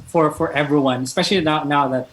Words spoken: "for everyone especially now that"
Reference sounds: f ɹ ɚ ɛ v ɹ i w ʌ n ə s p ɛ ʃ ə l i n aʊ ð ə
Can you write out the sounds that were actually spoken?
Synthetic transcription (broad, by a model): f ɹ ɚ ɛ v ɹ i w ʌ n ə s p ɛ ʃ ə n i n aʊ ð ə